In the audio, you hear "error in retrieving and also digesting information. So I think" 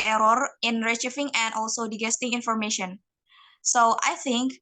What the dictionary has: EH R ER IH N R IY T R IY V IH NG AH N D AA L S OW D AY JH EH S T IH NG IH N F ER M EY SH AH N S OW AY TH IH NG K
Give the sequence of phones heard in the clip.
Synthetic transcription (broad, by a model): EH R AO IH N R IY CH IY F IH NG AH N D AA L S OW D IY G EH S T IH NG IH N F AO M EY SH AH N S OW AY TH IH NG K